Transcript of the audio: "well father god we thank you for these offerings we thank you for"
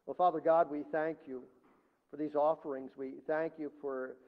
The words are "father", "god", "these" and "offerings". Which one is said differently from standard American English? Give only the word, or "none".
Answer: none